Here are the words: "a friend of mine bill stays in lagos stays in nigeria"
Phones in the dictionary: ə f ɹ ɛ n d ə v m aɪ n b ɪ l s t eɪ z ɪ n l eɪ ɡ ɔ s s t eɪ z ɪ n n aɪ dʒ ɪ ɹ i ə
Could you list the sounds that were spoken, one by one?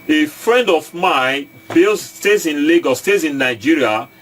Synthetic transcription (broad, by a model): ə f ɹ ɛ n d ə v m aɪ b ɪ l s t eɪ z ɪ n l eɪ ɡ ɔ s s t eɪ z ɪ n n aɪ dʒ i ɹ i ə